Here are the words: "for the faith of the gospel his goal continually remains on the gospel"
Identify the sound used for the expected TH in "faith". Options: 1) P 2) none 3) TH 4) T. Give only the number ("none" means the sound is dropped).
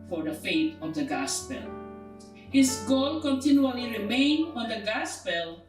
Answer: 4